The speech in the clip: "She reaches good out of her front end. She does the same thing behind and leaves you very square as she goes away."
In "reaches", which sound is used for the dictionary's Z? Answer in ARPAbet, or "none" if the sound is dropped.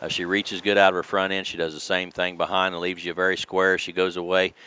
Z